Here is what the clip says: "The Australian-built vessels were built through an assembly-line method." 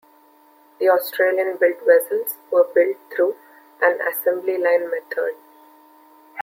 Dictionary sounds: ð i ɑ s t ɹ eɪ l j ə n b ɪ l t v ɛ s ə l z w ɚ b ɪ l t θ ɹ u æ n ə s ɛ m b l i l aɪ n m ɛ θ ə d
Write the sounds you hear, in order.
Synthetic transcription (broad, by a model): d i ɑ s t ɹ eɪ l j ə n b ɪ l t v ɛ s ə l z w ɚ b ɪ l t t ɹ u æ n ə s ɛ m b l i l aɪ n m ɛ t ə d